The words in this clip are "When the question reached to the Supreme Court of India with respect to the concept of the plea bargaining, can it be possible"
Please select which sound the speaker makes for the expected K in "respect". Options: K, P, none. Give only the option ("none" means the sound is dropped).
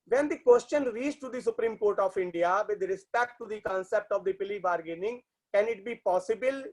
K